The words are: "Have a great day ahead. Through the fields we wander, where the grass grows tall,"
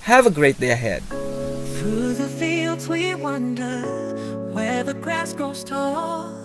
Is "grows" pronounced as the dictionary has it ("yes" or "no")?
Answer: no